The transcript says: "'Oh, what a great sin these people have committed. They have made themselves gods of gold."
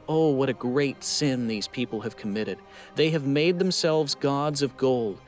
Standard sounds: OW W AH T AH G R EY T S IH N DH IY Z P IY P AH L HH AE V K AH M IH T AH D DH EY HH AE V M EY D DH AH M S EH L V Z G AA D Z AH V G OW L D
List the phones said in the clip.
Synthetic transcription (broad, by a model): OW W AH T AH G R EY T S IH N DH IY Z P IY P L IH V K AH M IH T AH D DH EY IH V M EY D DH AH M S EH L V Z G AA D Z AH V G OW L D